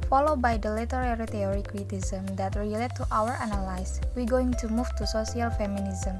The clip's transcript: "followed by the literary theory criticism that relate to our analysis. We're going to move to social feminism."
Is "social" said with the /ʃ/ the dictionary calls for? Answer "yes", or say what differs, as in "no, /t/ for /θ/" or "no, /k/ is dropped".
no, /s/ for /ʃ/